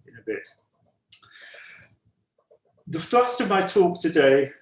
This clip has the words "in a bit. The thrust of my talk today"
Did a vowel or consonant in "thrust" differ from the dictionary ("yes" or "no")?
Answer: yes